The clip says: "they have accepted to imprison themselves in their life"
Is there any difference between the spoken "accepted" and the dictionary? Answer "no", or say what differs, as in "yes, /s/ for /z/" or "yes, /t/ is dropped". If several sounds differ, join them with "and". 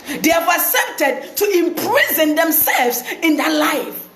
yes, /k/ is dropped